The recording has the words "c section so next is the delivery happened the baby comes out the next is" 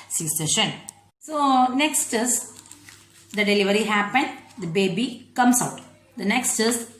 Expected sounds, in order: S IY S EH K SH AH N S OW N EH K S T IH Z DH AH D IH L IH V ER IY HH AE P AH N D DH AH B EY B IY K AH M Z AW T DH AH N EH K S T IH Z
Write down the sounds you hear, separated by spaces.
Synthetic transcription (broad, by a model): S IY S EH SH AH N S OW N EH K S T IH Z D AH D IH L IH V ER IY HH AE P AH N D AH B EY B IY K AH M S AW T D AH N EH K S T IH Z